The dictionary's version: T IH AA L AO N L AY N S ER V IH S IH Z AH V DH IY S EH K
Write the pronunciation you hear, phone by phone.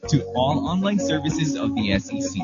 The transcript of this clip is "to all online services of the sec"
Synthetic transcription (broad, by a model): T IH AA L AO N L AY N S ER V IH S IH Z AH V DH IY S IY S